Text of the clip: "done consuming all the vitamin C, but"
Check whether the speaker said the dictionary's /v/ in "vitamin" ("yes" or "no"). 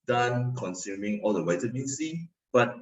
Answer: no